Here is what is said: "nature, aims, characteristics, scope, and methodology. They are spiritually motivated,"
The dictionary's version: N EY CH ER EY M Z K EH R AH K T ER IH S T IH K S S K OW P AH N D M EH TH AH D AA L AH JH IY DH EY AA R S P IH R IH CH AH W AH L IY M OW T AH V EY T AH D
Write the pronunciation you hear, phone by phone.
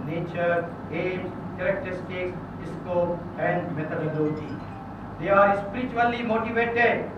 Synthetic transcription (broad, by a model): N EY CH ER EY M K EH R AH K T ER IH S T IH K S S K OW P AH N D M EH T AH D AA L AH JH IY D EY AA R S P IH R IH CH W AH L IY M OW T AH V EY T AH D